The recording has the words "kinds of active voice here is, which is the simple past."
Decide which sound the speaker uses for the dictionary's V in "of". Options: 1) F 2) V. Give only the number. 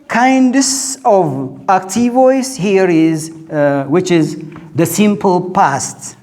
2